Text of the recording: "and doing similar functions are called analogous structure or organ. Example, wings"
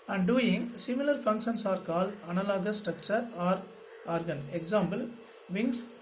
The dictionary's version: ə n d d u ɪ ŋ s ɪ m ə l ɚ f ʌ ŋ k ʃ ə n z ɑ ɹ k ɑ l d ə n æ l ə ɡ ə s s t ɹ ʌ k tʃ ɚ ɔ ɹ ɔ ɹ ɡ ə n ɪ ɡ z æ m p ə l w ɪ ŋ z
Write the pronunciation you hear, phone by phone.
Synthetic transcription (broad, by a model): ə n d d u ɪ ŋ s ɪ m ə l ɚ f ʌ ŋ k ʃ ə n s ɑ ɹ k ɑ l ə n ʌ l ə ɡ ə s s t ɹ ʌ k tʃ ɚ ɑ ɹ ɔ ɹ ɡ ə n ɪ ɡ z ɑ m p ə l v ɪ ŋ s